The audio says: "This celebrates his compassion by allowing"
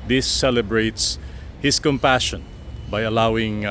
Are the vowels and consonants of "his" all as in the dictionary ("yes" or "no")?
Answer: no